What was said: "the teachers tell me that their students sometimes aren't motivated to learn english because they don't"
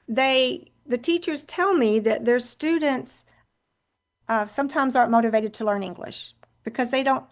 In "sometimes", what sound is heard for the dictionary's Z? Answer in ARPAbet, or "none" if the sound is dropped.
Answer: Z